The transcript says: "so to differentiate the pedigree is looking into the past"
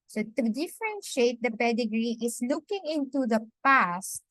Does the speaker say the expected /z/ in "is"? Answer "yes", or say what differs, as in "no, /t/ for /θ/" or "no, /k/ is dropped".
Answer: no, /s/ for /z/